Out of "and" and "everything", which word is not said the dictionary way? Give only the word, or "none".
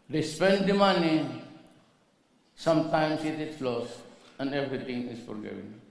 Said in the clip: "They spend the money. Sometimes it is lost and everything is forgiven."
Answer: everything